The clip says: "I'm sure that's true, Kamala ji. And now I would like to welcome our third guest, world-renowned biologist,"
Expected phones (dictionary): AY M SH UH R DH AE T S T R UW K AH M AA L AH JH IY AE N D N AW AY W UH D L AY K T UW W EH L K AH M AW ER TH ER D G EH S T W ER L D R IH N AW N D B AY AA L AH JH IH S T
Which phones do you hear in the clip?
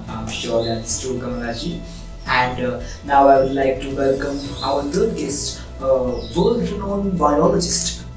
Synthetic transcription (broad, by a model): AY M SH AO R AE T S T UW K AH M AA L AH JH IY AE N D N AW AY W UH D L AY K T UW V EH L K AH M AW ER T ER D G EH S T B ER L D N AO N B AY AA L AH JH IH S T